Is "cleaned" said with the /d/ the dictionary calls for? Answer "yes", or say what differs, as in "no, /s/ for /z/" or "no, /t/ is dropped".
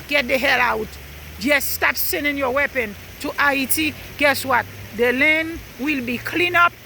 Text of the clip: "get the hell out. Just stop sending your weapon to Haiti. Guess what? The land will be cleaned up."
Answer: no, /d/ is dropped